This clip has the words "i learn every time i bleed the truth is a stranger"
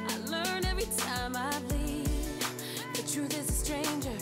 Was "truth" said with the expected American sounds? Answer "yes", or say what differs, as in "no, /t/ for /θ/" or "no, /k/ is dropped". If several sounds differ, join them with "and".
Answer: yes